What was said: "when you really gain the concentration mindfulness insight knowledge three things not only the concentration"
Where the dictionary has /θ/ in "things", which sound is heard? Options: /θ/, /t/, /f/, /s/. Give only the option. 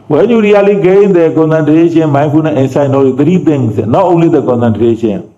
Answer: /t/